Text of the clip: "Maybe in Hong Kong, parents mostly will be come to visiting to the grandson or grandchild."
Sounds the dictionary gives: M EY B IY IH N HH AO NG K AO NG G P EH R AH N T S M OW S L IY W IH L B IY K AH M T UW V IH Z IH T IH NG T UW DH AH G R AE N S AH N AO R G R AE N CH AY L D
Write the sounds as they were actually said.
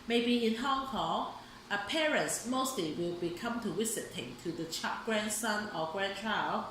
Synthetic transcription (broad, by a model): M EY B IY IH N HH AO NG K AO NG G P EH R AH N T S M OW S L IY W IH L B IY K AH M T UW W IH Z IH T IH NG T UW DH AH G R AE N S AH N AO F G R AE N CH AY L